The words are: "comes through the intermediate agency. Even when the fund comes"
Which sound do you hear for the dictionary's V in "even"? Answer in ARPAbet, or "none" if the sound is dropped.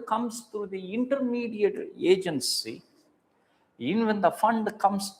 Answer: none